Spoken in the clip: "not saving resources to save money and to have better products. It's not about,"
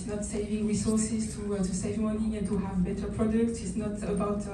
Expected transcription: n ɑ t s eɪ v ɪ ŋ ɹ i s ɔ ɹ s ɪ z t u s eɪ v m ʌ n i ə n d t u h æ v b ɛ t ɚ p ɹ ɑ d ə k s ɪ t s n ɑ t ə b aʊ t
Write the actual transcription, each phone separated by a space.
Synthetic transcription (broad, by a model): n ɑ t s eɪ v ɪ ŋ ɹ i s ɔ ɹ s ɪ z t u s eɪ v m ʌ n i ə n t u h æ v b ɛ t ɚ p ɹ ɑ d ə k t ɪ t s n ɑ t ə b aʊ t